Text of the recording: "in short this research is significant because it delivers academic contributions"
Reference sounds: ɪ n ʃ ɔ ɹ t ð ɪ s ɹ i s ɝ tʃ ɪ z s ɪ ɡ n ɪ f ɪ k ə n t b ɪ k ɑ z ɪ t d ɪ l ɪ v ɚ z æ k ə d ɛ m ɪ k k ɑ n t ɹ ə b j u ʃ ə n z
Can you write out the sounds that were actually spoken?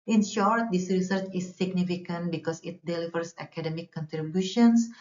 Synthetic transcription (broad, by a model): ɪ n ʃ ɔ ɹ t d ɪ s ɹ i s ɝ tʃ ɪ s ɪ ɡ n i f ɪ k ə n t b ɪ k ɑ s ɪ t d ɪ l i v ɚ s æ k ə d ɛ m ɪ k k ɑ n t ɹ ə b j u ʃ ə n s